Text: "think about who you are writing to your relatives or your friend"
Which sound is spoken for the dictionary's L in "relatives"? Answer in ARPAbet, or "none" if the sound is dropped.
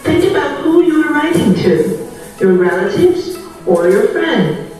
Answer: L